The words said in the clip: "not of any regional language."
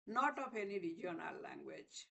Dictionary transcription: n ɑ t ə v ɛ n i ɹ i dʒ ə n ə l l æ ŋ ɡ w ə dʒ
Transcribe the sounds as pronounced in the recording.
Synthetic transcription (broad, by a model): n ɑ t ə p ɛ n i ɹ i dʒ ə n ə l l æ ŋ ɡ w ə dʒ